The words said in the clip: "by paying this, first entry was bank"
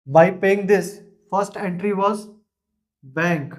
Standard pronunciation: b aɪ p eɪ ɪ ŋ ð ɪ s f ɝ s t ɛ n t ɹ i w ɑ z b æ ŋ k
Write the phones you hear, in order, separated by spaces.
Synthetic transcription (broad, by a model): b aɪ p eɪ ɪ ŋ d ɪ s f ɝ s t ɛ n t ɹ i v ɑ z b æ ŋ k